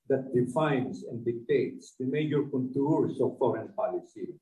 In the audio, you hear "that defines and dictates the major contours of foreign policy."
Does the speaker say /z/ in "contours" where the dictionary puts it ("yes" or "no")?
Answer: no